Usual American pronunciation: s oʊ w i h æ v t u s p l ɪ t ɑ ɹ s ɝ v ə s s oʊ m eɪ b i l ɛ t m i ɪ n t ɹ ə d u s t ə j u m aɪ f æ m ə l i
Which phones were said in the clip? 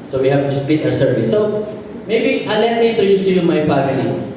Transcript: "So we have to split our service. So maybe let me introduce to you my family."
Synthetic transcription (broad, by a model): s oʊ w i h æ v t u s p i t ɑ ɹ s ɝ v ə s s oʊ m eɪ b i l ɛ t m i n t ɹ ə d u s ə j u m aɪ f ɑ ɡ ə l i